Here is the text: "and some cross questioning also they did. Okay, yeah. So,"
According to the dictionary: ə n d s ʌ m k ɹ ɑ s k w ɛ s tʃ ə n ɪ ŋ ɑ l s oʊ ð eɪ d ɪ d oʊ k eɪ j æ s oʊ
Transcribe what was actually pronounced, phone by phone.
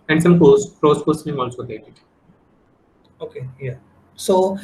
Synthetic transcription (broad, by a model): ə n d s ʌ m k ɑ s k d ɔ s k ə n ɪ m ɑ l s oʊ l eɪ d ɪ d oʊ k eɪ j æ s oʊ